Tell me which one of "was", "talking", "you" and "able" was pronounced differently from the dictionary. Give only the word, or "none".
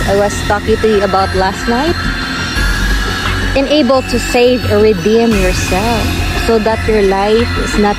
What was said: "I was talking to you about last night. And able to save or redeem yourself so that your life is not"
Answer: was